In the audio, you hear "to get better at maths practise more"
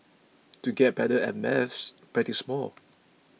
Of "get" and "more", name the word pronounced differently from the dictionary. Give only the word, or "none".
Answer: more